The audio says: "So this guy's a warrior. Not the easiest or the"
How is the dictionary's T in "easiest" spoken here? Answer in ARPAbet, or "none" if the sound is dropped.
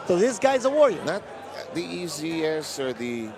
none